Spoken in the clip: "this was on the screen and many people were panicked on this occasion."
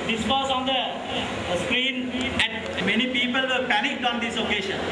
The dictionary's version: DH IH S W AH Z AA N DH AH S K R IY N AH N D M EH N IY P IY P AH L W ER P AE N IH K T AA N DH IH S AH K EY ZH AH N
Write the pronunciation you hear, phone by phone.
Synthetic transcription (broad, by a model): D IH S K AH S AA N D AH S K R IY N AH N M EH N IY P IY P AH L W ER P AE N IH K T AA N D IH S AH K EY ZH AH N